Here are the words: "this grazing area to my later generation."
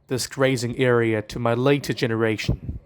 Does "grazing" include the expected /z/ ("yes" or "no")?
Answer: yes